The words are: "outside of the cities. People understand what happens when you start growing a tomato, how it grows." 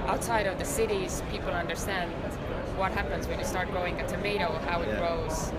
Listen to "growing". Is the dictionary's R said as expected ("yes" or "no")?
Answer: no